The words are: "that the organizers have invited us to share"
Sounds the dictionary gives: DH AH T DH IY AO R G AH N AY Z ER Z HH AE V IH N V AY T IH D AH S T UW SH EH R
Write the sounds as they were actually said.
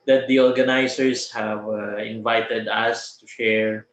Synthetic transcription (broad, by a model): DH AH T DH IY AO R G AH N AY S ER S HH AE V IH N V AY T IH D AH S T UW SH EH R